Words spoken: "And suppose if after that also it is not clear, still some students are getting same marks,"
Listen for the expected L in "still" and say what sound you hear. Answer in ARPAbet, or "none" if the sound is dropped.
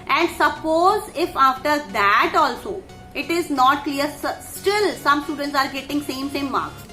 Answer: L